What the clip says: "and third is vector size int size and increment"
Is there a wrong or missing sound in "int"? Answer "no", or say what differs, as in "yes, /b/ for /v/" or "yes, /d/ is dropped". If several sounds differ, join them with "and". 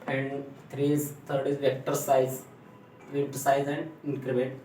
yes, /n/ is dropped